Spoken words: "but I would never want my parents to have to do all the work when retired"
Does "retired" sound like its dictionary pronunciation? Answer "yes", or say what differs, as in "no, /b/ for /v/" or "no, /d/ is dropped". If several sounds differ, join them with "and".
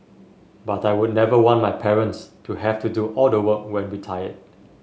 no, /w/ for /ɹ/